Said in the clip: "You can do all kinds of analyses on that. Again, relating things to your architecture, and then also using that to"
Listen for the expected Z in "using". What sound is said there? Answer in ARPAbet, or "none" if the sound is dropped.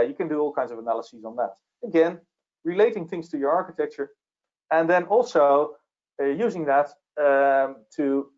Z